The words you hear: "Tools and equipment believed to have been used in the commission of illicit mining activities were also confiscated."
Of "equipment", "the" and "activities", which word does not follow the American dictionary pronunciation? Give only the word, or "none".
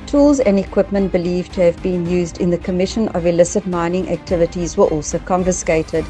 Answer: none